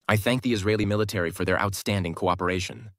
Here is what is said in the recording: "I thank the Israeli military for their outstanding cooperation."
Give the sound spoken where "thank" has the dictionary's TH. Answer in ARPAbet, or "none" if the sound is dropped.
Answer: TH